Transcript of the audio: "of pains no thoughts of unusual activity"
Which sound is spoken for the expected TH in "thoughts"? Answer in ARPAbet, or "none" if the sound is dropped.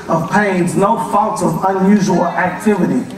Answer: F